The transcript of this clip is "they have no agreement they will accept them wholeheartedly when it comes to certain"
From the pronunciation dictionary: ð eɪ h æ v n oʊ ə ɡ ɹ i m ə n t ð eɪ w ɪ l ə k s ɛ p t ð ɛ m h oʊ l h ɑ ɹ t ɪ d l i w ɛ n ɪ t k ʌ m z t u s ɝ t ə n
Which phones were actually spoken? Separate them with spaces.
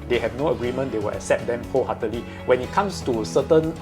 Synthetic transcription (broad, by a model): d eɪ h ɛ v n oʊ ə ɡ ɹ i m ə n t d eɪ w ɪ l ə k s ɛ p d ɛ m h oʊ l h ɑ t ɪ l i w ɛ n ɪ t k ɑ m s t u s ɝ t ə n